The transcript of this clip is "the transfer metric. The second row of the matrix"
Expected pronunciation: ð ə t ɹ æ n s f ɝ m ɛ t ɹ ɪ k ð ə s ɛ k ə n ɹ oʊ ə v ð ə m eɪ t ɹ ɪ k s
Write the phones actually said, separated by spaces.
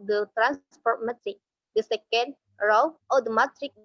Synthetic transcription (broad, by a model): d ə t ɹ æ n s p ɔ m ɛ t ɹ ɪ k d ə s ɛ k ə n ɹ oʊ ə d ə m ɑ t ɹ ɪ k